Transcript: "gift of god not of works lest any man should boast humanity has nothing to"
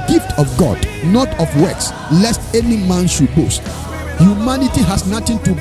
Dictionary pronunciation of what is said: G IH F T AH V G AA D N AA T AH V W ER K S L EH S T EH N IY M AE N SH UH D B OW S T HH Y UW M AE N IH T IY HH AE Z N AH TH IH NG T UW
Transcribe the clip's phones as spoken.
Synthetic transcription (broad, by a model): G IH F T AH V G AA D N AA T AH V W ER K S L EH S T EH N IY M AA N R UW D B OW S T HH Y UW M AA N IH T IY HH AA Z N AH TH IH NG T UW